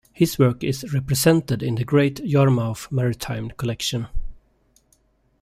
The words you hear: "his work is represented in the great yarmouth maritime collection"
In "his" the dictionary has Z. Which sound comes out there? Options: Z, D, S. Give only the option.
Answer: S